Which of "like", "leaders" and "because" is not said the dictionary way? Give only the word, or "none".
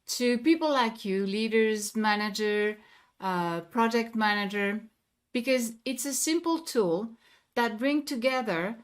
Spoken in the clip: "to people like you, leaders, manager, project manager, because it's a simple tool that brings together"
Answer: none